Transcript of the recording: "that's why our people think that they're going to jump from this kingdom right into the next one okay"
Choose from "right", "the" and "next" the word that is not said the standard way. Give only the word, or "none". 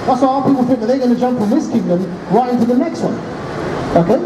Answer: none